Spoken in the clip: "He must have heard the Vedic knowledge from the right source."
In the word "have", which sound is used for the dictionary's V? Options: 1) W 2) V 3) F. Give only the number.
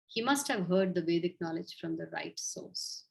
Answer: 2